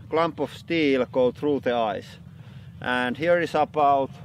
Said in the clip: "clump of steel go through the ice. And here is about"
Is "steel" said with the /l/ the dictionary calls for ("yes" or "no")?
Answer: yes